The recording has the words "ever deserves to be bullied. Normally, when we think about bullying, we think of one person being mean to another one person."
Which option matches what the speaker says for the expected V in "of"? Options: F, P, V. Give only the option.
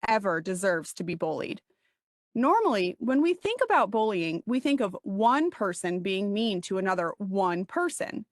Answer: V